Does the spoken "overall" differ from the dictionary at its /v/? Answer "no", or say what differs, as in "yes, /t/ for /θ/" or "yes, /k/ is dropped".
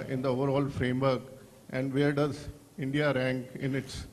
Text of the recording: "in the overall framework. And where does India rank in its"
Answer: no